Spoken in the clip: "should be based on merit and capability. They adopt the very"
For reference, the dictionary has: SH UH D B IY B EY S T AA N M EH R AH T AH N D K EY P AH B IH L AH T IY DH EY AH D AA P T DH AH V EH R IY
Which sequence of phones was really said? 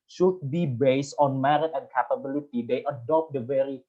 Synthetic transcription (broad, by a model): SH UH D B IY B EY S T AA N M EH R AH T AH N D K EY P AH B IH L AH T IY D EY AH D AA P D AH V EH R IY